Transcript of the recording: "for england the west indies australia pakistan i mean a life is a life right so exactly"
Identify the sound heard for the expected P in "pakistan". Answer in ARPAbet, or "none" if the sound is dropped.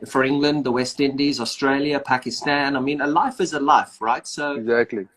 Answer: P